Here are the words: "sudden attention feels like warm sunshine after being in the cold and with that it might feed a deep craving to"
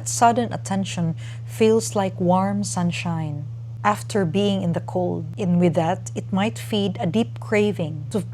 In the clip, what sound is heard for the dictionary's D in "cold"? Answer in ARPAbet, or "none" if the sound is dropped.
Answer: D